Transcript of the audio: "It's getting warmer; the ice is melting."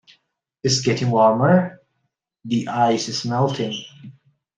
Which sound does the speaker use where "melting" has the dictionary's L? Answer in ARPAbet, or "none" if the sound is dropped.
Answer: L